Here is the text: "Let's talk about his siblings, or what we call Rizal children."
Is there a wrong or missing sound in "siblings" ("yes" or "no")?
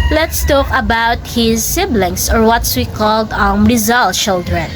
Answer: yes